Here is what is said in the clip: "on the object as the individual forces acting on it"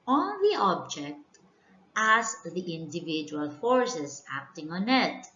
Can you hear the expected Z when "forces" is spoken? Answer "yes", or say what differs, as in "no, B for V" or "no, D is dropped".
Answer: no, S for Z